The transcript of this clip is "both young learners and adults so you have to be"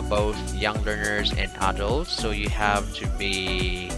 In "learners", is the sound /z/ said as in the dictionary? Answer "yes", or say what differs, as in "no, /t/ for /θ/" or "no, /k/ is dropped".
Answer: yes